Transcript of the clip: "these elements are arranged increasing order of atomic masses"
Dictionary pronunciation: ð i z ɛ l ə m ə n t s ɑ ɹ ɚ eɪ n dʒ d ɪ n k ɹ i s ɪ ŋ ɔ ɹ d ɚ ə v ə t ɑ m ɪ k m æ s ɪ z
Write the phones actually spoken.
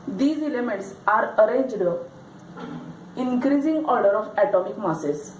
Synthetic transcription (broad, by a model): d i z ɛ l ə m ə n t s ɑ ɹ ɚ eɪ n dʒ d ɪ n k ɹ i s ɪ ŋ ɔ ɹ d ɚ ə f ə t ɑ m ɪ k m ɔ s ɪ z